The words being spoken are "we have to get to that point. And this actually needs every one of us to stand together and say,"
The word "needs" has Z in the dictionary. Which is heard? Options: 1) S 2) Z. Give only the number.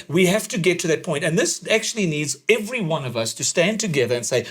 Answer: 2